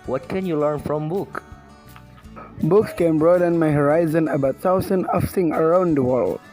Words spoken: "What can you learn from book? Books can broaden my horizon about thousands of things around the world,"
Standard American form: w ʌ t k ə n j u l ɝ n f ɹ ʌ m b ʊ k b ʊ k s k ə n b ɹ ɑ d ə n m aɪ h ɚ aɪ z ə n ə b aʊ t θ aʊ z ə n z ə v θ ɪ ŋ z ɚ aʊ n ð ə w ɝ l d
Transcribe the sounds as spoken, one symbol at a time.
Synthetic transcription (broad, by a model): w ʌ t k ə n j u l ɝ n f ɹ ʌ m b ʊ k b ʊ k s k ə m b ɹ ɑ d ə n m aɪ h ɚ aɪ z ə n ə b aʊ t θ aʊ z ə n ə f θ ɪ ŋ ɚ aʊ n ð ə w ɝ l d